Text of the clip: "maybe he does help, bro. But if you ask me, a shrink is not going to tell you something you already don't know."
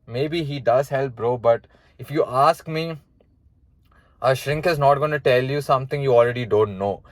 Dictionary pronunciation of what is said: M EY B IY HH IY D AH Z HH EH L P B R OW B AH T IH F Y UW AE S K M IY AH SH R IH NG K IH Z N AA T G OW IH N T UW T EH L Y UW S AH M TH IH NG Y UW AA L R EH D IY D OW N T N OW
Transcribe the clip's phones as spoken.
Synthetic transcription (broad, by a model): M EY B IY HH IY D AH Z HH EH L P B R OW B AH T IH F Y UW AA S K M IY AH SH R IH NG K IH Z N AA T G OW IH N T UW T EH L Y UW S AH M T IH NG Y UW AA L R EH D IY D OW N T N OW